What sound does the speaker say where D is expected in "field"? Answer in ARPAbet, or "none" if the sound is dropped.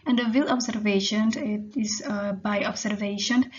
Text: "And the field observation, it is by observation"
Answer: none